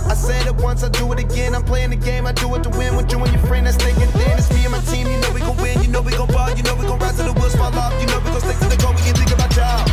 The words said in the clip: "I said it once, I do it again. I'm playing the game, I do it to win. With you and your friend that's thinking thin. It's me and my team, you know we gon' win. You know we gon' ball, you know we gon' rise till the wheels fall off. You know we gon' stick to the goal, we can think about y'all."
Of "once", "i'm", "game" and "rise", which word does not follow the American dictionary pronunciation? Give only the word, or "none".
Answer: rise